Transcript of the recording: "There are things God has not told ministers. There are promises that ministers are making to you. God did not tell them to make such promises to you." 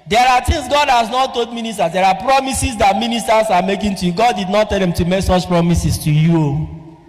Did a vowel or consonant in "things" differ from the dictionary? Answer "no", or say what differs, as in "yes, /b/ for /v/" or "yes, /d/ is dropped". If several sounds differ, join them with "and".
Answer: yes, /t/ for /θ/